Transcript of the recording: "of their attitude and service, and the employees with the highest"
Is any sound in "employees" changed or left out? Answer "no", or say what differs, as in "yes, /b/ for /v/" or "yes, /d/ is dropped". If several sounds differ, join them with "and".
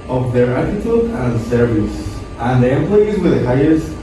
no